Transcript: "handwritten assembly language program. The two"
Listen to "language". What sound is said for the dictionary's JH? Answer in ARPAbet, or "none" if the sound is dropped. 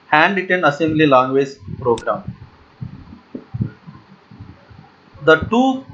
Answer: Z